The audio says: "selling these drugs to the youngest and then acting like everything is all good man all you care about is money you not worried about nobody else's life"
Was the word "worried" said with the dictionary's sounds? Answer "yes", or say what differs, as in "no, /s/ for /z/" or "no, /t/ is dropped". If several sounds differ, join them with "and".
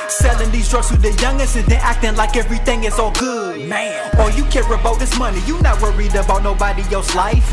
yes